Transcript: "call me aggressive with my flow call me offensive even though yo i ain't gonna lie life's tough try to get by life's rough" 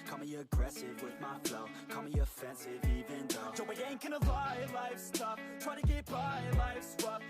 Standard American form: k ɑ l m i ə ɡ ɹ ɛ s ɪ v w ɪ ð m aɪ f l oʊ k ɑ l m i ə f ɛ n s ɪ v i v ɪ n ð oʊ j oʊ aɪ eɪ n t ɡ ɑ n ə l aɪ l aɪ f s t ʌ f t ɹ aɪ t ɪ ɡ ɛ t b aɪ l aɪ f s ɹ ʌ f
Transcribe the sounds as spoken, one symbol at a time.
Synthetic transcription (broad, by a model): k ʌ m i ə ɡ ɹ ɛ s ɪ v w ɪ ð m aɪ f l k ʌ m i ə f ɛ n s ɪ v i v ɪ n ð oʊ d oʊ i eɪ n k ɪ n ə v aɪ l aɪ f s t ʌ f t ɹ aɪ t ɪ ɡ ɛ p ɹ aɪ l aɪ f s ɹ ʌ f